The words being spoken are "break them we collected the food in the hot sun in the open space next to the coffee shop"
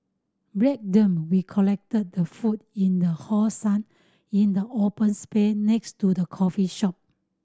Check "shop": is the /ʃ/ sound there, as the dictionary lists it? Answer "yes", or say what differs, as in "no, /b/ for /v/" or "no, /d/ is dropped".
yes